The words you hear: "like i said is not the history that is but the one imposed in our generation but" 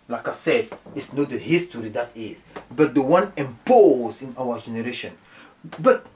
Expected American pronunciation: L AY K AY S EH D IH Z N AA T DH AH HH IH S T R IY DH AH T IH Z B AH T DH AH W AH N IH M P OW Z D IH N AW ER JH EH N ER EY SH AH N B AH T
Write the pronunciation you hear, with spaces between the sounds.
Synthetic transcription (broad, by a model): L AY K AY S EH D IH S N AA T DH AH HH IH S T R IY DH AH T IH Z B AH T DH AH W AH N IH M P OW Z IH N AW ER JH EH N ER EY SH AH N B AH T